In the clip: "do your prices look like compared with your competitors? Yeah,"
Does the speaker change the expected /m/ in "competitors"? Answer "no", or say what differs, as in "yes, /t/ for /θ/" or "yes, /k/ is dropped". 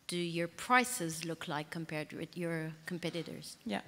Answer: no